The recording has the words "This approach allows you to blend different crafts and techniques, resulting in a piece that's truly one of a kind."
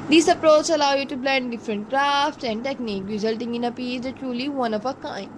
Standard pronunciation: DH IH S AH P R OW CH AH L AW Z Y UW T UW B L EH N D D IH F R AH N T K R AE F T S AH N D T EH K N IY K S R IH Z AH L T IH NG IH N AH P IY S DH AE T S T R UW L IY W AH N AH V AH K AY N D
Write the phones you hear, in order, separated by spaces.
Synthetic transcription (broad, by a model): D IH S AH P R OW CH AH L AW Y UW T UW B L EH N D D IH F R AH N T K R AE F T S AH N D T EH K N IY K R IH Z AH L T IH NG IH N AH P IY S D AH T T R UW L IY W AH N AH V AH K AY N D